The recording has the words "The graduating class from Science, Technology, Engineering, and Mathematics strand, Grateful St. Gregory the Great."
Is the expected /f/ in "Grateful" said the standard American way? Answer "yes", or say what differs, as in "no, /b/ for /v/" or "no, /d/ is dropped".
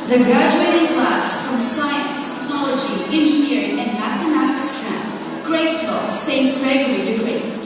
no, /f/ is dropped